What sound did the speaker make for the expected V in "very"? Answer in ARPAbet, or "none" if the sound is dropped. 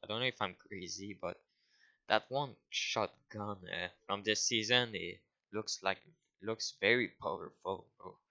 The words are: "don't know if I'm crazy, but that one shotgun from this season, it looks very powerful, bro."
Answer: V